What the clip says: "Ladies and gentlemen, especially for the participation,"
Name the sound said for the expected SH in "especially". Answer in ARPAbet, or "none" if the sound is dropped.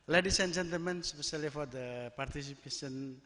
S